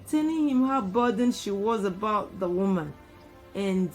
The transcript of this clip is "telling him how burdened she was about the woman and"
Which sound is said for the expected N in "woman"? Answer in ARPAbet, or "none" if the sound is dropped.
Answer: N